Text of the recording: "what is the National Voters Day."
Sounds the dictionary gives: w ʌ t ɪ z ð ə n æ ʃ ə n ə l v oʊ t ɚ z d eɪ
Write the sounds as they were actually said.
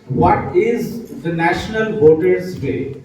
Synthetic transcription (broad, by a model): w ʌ t ɪ z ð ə n æ ʃ ə n ə l b oʊ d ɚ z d eɪ